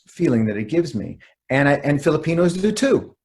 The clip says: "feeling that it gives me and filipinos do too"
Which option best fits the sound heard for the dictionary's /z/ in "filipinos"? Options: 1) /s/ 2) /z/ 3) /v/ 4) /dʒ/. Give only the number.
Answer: 2